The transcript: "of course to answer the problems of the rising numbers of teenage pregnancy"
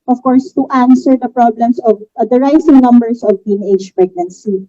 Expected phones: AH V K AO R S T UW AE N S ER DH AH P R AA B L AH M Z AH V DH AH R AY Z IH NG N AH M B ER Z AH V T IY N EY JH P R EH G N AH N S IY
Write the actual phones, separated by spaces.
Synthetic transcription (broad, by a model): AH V K AO R S T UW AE N S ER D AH P R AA B L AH M S AH V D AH R AY S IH NG N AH M B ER S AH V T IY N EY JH P R EH G N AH N S IY